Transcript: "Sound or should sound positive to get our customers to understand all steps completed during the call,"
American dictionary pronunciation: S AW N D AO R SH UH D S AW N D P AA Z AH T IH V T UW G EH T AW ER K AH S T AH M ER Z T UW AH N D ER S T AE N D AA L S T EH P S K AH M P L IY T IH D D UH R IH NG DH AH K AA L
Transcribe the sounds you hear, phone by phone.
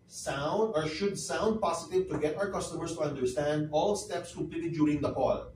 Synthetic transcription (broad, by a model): S AW N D AO R SH UH D S AW N D P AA S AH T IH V T UW G EH T AW ER K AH S T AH M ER S T UW AH N D ER S T AE N D AA L S T EH P S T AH P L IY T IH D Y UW R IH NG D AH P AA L